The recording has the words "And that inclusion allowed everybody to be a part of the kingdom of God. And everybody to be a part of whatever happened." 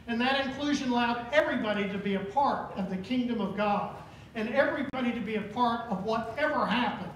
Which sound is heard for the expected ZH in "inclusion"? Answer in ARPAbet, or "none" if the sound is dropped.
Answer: ZH